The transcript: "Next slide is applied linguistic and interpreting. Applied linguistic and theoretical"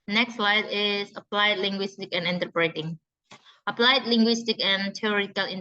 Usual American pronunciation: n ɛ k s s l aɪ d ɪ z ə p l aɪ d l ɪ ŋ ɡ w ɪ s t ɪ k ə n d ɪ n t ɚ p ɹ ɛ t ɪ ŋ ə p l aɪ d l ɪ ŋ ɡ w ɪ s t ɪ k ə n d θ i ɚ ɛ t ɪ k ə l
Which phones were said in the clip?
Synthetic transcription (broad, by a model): n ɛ k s s l aɪ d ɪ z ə p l aɪ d l ɪ ŋ ɡ w ɪ s t ɪ k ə n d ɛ n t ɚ b ɹ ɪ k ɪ ŋ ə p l aɪ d l ɪ ŋ ɡ w ɪ s t ɪ k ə n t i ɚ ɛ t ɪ k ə l